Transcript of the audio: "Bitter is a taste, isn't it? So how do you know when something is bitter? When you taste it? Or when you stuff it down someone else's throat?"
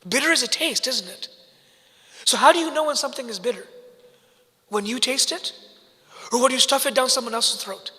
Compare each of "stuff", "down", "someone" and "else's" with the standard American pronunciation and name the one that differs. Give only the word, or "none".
else's